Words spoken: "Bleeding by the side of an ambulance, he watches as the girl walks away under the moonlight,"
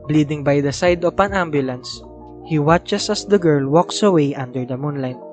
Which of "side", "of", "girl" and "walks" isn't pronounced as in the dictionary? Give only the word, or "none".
of